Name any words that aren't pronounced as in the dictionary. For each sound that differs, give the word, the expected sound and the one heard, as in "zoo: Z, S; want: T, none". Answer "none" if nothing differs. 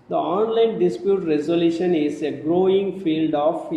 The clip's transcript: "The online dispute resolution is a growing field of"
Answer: none